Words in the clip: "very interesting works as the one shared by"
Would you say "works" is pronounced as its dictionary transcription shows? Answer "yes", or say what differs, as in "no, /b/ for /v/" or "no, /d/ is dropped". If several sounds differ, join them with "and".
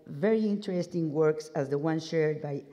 yes